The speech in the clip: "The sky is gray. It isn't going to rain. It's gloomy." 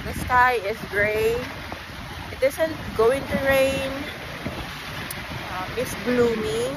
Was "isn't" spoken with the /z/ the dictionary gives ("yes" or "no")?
no